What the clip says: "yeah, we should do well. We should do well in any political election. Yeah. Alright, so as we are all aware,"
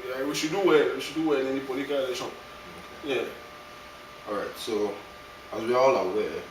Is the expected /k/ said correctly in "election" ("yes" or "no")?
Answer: no